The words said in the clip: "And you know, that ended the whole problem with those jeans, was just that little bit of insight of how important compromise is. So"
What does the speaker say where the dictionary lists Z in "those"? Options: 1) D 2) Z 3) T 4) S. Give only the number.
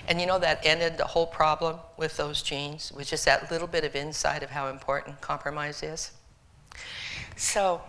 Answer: 2